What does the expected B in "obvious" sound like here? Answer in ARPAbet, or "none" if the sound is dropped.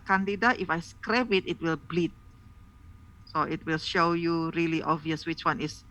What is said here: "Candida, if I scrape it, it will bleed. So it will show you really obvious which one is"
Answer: none